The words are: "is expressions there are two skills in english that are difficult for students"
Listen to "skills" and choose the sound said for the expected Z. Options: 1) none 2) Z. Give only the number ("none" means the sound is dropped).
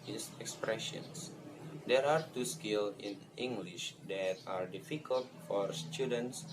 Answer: 1